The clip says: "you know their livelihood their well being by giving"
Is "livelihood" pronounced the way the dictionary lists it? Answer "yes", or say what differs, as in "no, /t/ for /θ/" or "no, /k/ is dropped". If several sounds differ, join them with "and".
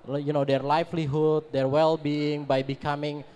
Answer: no, /f/ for /v/